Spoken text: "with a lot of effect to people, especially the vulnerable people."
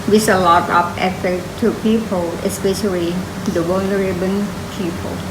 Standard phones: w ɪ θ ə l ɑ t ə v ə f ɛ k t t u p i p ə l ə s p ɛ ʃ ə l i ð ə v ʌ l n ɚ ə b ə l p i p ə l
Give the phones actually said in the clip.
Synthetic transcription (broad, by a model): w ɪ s ə l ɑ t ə p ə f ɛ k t t u p i p ə l ə s p ɛ ʃ ə l i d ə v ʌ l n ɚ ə b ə n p i p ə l